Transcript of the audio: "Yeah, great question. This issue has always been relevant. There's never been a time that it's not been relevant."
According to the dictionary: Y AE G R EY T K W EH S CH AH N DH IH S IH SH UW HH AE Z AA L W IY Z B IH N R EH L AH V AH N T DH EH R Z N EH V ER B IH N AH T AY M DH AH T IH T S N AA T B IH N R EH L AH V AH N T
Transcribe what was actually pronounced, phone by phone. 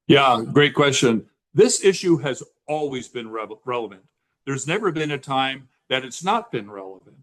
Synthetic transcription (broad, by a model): Y AE G R EY T K W EH S CH AH N DH IH S IH SH UW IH Z AA L W IY Z B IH N R EH L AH V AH N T DH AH R Z N EH V ER B IH N AH T AY M DH AH T IH T S N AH T B IH N R EH L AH V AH N T